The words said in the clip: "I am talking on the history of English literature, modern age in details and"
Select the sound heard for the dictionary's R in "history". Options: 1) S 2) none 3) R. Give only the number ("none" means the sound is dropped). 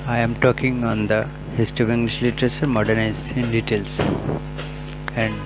2